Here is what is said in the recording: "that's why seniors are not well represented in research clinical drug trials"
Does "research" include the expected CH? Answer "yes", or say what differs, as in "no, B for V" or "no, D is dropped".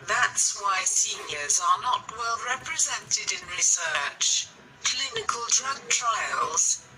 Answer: yes